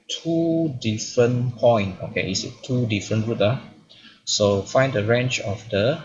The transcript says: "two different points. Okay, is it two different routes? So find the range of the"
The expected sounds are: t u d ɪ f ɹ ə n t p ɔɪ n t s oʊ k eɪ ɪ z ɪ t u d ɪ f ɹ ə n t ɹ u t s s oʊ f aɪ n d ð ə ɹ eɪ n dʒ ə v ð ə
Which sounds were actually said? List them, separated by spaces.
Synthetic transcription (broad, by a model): t u d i f ɹ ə n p ɔɪ n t oʊ k eɪ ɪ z ɪ t u d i f ɹ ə n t ɹ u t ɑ s oʊ f aɪ n d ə ɹ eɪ n tʃ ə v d ə